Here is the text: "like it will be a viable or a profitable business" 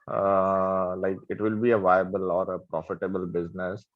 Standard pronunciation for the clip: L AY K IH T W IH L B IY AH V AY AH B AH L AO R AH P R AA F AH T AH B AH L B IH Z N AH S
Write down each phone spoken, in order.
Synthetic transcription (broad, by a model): L AY K IH T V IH L B IY AH V AY AH B AH L AO R AH P R AA F AH T AH B AH L B IH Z N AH S